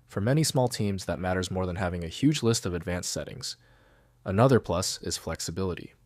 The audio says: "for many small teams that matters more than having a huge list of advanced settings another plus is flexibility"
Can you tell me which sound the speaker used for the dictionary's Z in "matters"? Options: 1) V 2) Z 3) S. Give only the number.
2